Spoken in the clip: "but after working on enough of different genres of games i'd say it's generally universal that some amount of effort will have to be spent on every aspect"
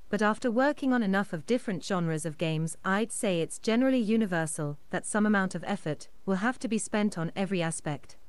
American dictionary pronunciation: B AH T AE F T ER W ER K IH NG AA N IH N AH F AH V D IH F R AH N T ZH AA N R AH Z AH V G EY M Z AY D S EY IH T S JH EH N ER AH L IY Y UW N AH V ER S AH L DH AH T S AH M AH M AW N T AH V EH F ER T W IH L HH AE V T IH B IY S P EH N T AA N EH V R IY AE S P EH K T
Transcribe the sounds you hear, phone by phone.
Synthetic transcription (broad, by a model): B AH T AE F T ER W ER K IH NG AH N IH N AH F AH V D IH F R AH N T ZH AA N R AH Z AH V G EY M Z AY D S EY IH T S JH EH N ER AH L IY Y UW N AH V ER S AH L DH AH T S AH M AH M AW N T AH V EH F ER T W IH L HH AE F T IH B IY S P EH N T N EH V R IY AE S P EH K T